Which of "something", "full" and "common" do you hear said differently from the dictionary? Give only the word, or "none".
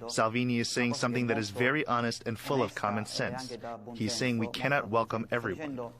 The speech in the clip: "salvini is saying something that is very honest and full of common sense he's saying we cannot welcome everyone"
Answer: none